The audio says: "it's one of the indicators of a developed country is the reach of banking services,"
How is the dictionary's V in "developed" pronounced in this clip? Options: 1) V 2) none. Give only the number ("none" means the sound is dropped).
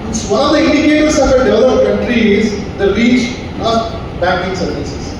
2